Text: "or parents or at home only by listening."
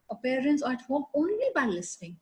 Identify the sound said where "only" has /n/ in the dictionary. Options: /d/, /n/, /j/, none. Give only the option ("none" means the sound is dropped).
/n/